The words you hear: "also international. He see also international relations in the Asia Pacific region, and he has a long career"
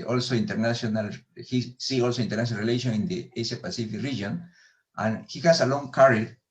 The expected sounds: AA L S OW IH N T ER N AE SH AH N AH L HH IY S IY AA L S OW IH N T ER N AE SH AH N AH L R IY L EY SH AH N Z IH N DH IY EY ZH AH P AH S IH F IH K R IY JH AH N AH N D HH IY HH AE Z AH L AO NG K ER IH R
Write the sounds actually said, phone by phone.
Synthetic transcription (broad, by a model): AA L S OW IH N T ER N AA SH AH N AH L HH IY S IY AA L S OW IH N T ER N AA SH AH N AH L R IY L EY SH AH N IH N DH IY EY S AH P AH S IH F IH K R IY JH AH N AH N HH IY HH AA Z AH L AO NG K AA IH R